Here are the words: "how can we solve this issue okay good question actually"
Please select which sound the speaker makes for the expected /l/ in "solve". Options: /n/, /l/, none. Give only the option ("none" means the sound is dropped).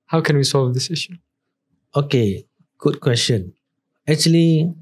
/l/